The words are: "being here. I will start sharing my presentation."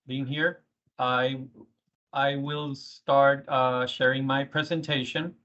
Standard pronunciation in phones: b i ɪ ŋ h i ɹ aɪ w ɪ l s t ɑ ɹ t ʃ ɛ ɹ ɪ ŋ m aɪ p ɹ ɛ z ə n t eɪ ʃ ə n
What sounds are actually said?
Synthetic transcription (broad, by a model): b i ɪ ŋ h i ɹ aɪ w ɪ l s t ɑ ɹ t ʃ ɛ ɹ ɪ ŋ m aɪ p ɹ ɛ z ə n t eɪ ʃ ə n